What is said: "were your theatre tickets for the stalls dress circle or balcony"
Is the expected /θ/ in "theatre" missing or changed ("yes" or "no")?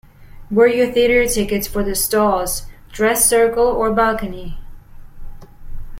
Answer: no